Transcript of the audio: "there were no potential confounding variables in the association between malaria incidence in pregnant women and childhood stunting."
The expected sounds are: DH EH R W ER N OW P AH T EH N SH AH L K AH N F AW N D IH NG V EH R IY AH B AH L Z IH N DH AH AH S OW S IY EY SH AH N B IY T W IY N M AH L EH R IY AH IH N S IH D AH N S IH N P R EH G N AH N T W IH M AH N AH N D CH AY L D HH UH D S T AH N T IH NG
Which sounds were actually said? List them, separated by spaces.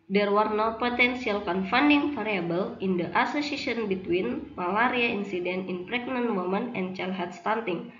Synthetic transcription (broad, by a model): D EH R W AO N OW P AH T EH N S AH L K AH N F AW N D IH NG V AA R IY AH B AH L IH N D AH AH S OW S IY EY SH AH N B IY T W IY N M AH L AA R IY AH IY N S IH D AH N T IH N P R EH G N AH N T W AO M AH N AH N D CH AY L HH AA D S T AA N T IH NG